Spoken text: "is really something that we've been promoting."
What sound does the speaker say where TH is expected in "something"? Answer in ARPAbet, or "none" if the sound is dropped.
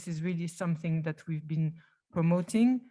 TH